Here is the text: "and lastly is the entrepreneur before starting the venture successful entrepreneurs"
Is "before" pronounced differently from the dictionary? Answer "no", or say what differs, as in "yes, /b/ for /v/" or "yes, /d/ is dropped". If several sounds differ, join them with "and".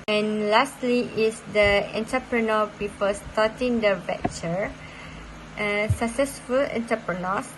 yes, /p/ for /f/ and /l/ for /ɹ/